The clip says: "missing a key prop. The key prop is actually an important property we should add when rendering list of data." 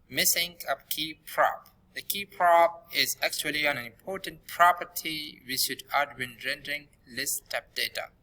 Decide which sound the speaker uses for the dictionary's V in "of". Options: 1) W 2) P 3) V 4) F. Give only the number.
2